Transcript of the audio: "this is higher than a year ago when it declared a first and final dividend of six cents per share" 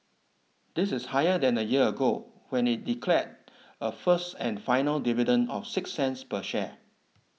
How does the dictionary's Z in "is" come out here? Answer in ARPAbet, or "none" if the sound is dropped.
S